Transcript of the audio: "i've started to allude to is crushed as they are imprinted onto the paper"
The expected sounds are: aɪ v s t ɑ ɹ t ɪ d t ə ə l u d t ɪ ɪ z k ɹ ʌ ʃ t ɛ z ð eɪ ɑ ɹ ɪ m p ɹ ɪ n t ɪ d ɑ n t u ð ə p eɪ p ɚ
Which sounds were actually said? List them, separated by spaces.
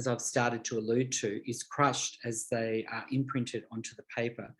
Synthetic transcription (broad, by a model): aɪ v s t ɑ ɹ t ɪ d t ə ə l u d t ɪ ɪ z k ɹ ʌ ʃ t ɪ z ð eɪ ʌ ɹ ɪ m p ɹ ɪ n t ɪ d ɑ n t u ð ə p eɪ p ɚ